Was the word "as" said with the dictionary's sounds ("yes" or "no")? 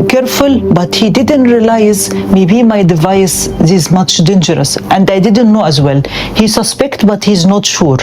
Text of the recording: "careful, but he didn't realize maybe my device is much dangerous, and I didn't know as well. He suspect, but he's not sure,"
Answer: yes